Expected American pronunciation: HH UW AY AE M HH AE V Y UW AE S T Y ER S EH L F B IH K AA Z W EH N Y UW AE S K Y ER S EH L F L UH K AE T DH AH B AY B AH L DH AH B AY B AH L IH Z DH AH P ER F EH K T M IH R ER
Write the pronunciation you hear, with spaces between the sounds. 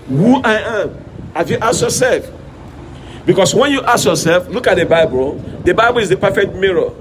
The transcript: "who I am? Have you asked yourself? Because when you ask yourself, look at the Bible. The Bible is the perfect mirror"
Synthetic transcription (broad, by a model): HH UW AY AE M HH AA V Y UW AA S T Y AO S EH L F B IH K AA S W EH N Y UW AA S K Y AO S EH L F L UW K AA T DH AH B AY B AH L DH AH B AY B AH L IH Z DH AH P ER F EH K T M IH R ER